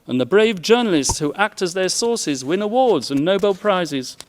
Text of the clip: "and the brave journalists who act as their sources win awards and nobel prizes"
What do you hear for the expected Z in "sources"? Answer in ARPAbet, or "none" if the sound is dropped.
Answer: Z